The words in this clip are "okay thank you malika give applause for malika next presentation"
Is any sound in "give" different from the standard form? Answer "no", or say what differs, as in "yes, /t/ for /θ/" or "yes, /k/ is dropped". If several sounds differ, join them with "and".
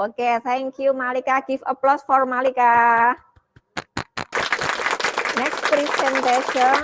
yes, /f/ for /v/